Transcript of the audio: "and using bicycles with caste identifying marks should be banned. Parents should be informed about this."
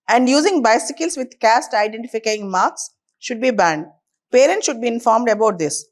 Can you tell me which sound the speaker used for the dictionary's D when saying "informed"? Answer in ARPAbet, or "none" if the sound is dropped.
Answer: D